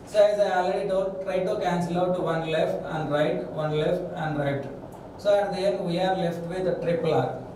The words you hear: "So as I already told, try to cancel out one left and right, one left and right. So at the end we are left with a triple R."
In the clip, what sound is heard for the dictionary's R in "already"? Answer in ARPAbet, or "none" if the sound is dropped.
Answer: L